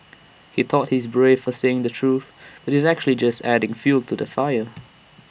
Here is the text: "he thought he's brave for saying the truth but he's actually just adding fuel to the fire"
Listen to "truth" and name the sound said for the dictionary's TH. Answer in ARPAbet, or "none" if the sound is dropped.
TH